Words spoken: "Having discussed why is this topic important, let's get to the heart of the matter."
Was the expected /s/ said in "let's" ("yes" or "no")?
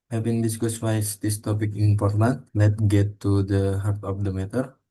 no